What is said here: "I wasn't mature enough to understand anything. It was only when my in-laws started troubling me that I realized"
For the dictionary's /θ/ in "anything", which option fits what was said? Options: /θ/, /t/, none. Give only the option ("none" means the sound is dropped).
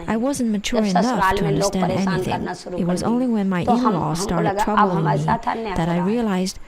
/θ/